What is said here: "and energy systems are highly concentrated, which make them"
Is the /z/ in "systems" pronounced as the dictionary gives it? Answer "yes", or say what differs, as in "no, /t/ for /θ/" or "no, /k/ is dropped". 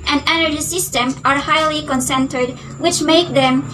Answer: no, /z/ is dropped